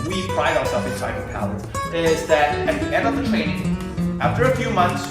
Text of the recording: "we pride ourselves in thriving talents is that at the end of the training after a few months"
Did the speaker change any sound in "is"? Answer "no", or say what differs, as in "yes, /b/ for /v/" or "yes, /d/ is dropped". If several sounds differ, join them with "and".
no